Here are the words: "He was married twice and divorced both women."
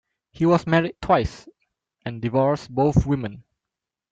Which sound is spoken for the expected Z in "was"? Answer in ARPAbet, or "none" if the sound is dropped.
S